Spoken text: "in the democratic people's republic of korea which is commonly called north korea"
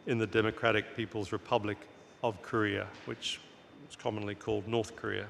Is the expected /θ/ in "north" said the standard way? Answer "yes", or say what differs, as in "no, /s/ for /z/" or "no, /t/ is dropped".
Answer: yes